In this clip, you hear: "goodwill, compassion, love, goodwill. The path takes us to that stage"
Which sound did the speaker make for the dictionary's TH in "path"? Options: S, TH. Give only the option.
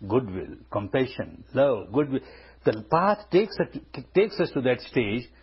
S